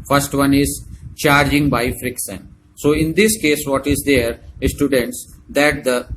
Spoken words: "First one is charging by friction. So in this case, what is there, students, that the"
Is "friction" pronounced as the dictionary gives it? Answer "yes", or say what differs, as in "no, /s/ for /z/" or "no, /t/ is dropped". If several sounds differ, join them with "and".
no, /s/ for /ʃ/